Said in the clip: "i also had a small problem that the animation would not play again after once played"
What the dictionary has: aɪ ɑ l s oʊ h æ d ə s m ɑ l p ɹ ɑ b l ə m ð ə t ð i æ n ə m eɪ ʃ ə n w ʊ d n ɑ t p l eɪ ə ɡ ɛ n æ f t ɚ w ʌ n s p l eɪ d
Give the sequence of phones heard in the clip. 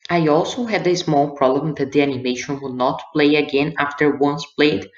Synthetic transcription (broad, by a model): aɪ ɑ l s oʊ h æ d ə s m ɑ l p ɹ ɑ b l ə m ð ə t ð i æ n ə m eɪ ʃ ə n w ʊ d n ɑ t p l eɪ ə ɡ ɛ n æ f t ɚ w ʌ n s p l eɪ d